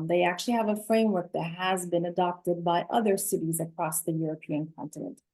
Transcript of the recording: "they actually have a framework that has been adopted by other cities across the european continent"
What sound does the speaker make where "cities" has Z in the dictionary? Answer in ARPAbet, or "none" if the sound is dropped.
Z